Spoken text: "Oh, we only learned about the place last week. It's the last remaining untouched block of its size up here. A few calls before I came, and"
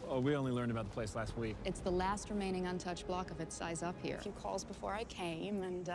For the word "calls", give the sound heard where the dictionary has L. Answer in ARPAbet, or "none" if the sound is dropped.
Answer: L